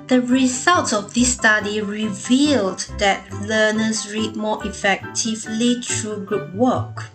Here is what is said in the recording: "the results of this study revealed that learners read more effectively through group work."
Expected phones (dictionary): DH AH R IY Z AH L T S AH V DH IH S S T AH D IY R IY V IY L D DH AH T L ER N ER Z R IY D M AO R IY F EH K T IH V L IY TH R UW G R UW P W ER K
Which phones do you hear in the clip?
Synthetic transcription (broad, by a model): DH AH R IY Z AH L T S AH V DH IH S S T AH D IY R IY V IY L D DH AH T L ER N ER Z R IY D M AO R IY F EH K T IH V L IY T R UW G R UW P W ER K